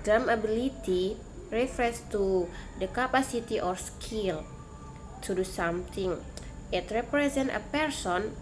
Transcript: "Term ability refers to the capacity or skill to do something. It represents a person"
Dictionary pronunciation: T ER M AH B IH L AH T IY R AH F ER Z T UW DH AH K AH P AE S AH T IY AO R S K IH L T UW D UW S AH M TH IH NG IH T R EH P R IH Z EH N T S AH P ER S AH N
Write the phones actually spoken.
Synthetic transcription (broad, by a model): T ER M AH B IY L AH T IY R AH F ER S T UW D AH K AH P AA S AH T IY AO R S K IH L T UW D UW S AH M T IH NG IH T R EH P R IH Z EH N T AH P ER S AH N